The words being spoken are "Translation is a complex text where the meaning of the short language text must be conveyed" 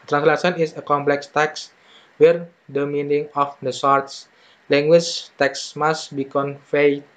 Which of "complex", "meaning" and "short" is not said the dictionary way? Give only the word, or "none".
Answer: short